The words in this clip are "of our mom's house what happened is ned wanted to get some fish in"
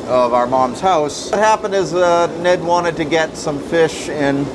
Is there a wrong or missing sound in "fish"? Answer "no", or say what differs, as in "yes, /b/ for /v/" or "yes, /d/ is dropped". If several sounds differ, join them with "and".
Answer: no